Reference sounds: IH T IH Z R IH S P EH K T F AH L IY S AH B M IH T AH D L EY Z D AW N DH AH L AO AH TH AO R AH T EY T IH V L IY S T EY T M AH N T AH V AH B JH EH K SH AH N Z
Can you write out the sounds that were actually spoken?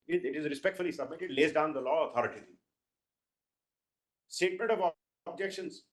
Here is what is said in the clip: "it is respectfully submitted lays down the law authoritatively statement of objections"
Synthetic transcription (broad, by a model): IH T IH Z R IH S P EH K T F AH L IY S AH B M IH T AH D L EY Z D AW N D AH L AO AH T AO R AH T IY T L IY S T EY T M AH N T AH V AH B JH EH K SH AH N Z